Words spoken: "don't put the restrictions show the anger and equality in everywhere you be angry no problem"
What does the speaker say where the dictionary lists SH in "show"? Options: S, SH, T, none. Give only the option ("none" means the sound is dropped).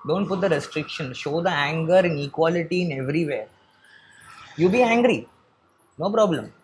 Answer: SH